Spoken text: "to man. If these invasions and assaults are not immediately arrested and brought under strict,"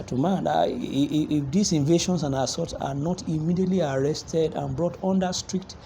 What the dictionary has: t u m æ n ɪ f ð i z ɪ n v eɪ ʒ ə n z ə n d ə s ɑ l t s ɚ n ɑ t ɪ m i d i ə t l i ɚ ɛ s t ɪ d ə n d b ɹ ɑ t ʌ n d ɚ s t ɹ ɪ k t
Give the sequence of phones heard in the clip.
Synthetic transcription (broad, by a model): t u m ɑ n ɪ f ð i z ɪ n v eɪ ʃ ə n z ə n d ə s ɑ t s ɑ n ɑ t ɪ m i d i ə t l i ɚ ɛ s t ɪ d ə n b ɹ ɑ t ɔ n d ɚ s t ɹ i k t